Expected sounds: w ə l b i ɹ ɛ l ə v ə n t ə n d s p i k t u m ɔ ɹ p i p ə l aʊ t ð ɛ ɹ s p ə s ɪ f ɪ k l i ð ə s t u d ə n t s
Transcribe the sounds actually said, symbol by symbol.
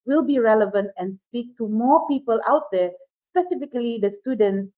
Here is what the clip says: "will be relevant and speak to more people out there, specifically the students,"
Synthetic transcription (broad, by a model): w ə l b i ɹ ɛ l ə v ə n t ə n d s p i k t u m ɔ ɹ p i p ə l aʊ t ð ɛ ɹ s p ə s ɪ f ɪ k l i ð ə s t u d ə n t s